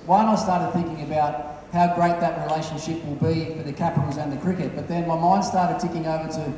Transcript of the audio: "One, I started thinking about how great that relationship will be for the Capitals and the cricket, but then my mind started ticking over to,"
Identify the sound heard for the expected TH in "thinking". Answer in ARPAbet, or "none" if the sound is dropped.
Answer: TH